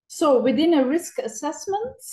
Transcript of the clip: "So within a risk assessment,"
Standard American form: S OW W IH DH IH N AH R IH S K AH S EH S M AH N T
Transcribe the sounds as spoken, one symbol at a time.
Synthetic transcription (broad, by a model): S OW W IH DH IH N AH R IH S K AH S EH S M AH N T